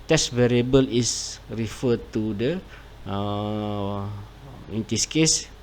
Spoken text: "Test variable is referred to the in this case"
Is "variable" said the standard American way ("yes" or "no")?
yes